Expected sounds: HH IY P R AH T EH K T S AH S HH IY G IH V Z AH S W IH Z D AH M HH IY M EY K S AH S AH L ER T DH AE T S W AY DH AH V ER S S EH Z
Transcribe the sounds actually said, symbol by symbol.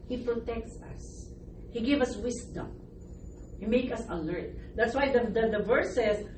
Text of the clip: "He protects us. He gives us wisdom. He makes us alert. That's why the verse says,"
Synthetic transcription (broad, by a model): HH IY P R AH T EH K T S AH S HH IY G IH V AH S W IH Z D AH M HH IY M EY K AH S AH L ER T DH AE T S W AY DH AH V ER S S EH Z